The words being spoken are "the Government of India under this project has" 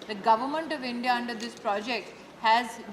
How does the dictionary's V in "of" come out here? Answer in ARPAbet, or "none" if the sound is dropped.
V